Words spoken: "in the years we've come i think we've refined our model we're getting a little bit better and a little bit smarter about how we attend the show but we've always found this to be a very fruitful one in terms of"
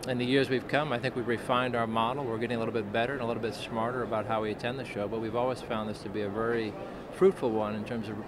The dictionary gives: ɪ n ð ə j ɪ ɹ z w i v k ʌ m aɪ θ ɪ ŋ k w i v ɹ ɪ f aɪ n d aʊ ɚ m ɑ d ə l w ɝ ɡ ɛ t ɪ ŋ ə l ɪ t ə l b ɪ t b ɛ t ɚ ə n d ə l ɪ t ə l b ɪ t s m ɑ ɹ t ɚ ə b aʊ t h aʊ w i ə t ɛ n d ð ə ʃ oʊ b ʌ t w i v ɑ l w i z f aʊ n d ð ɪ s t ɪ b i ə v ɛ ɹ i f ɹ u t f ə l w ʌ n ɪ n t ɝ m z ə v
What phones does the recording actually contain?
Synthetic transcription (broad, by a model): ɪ n ð ə j ɪ ɹ z w i v k ʌ m aɪ θ ɪ ŋ k w i v ɹ ɪ f aɪ n d aʊ ɚ m ɑ d l w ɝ ɡ ɛ t ɪ ŋ ə l ɪ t l b ɪ t b ɛ t ɚ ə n ə l ɪ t l b ɪ t s m ɑ ɹ t ɚ ə b aʊ t h aʊ w i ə t ɛ n ð ə ʃ oʊ b ʌ t w i v ɑ l w i z f aʊ n ð ɪ s t ɪ b i ə v ɛ ɹ i f ɹ u t f l w ʌ n ɪ n t ɝ m z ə v